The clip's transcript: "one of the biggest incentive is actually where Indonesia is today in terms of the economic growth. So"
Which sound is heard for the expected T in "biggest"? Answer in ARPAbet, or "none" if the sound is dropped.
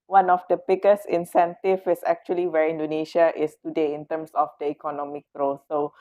none